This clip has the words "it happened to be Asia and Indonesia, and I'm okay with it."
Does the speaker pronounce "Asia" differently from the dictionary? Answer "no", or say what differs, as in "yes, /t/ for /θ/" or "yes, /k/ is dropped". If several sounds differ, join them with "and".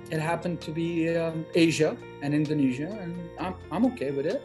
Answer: no